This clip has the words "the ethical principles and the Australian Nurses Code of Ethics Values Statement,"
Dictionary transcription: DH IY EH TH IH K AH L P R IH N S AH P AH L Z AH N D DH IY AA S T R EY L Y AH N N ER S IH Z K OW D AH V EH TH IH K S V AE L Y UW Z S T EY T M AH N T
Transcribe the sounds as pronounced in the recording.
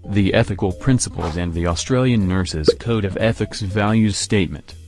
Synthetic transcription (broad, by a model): DH IY EH TH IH K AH L P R IH N S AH P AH L Z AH N DH IY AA S T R EY L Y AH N N ER S IH Z K OW D AH V EH TH IH K S V AE L Y UW Z S T EY T M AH N T